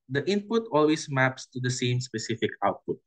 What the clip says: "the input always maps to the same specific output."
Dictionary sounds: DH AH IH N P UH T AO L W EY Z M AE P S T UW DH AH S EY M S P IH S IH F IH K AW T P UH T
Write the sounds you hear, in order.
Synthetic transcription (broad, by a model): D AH IH N P UH T AO L W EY S M AE P S T UW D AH S EY M S P IH S IH F IH K AW T P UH T